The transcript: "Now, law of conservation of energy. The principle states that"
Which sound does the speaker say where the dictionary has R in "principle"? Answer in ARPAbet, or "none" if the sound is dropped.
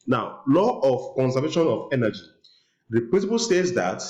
W